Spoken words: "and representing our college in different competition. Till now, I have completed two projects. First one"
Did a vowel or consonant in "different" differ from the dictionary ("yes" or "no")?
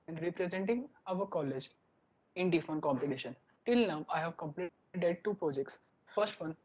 yes